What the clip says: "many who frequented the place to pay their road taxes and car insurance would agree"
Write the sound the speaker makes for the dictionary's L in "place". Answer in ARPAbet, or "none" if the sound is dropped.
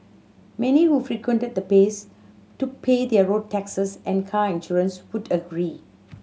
none